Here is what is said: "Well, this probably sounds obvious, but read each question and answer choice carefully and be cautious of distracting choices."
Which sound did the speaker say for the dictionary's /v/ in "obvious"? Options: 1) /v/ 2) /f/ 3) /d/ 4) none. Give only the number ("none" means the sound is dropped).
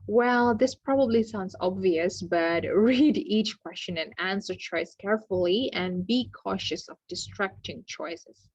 1